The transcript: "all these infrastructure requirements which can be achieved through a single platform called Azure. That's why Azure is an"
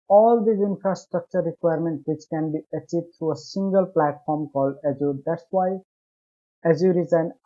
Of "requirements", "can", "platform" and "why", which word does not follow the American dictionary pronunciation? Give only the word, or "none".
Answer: requirements